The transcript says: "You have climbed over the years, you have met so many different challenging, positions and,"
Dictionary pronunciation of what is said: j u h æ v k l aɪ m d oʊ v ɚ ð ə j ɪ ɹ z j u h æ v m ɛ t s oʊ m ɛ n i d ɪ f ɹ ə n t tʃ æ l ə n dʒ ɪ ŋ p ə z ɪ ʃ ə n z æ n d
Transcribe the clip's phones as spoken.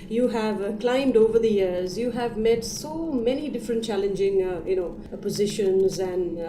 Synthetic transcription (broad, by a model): j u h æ v k l aɪ m d oʊ v ɚ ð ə j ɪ ɹ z j u h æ v m ɛ t s oʊ m ɛ n i d ɪ f ɹ ə n t tʃ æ l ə n dʒ ɪ ŋ p ə z ɪ ʃ ə n z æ n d